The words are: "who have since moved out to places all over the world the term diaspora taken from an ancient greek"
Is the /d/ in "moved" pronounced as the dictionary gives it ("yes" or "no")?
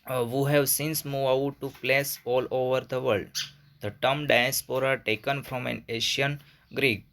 no